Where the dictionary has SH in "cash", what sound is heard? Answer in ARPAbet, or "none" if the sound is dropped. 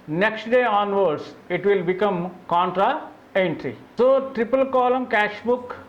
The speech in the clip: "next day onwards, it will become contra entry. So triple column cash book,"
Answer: SH